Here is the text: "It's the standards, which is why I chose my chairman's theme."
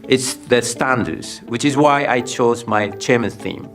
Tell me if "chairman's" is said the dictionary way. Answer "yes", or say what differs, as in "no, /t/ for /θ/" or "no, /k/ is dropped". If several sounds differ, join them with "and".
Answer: no, /z/ is dropped